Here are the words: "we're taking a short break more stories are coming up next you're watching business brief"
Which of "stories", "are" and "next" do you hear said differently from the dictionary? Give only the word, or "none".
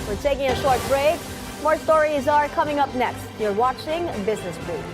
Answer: none